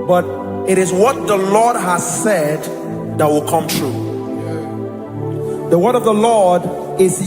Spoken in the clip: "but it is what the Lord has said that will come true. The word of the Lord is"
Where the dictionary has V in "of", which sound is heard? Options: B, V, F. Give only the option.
V